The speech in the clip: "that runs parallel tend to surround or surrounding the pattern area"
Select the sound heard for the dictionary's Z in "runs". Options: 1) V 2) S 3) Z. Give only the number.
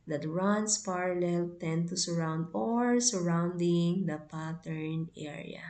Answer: 2